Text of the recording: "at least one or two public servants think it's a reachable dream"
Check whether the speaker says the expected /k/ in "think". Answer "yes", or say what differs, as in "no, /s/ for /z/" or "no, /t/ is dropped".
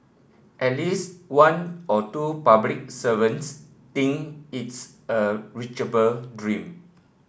no, /k/ is dropped